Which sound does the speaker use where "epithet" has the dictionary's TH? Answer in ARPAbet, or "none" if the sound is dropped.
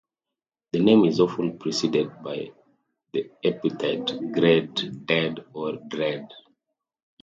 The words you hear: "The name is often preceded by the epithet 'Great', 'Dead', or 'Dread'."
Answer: T